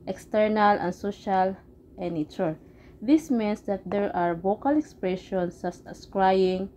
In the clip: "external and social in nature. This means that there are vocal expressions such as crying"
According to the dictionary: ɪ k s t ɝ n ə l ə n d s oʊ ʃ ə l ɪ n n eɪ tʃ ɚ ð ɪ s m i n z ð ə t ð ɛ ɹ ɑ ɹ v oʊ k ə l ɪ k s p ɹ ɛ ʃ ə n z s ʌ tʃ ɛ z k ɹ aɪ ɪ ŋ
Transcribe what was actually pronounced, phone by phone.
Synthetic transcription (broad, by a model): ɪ k s t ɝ n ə l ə n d s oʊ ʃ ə l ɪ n n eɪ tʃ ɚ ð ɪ s m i n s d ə t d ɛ ɹ ɑ ɹ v oʊ k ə l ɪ k s p ɹ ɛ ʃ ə n s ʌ s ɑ s k ɹ aɪ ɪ ŋ